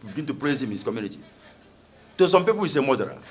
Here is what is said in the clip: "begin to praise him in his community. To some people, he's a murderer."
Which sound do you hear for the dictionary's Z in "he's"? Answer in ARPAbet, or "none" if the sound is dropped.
S